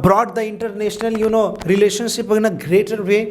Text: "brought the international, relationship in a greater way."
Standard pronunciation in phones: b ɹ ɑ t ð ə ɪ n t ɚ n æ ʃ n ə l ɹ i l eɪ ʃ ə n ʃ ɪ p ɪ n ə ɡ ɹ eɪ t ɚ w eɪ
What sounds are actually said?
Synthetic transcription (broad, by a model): b ɹ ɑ t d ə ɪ n t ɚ n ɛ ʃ n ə l ɹ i l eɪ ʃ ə n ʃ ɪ p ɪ n ə ɡ ɹ eɪ t ɚ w eɪ